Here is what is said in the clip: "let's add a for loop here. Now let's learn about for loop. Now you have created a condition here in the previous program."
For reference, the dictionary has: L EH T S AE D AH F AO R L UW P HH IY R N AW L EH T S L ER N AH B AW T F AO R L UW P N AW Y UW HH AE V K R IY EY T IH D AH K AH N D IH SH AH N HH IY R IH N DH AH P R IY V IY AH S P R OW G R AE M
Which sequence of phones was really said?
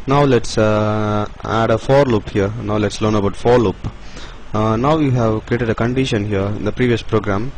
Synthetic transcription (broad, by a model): L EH T S AE D AH F AO R L UW P HH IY R N AW L EH T S L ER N AH B AW T F AO R L UW P N AW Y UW HH AE V K R IY EY T IH D AH K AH N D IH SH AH N HH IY R IH N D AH P R IY V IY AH S P R OW G R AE M